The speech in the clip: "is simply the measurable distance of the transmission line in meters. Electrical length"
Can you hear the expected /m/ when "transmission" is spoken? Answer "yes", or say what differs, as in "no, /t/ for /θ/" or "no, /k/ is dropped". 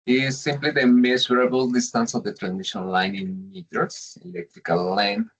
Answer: no, /m/ is dropped